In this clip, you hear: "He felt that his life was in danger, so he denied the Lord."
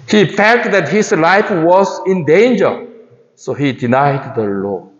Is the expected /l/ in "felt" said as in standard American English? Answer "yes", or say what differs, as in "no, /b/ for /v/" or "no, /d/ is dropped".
no, /l/ is dropped